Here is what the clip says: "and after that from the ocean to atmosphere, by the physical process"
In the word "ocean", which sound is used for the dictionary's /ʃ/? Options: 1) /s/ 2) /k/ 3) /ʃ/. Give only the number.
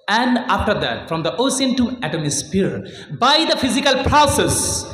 1